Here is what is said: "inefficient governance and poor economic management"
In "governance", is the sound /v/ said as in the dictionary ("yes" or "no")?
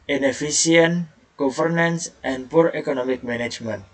no